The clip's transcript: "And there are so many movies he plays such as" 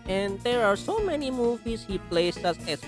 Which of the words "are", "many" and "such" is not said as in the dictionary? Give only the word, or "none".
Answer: such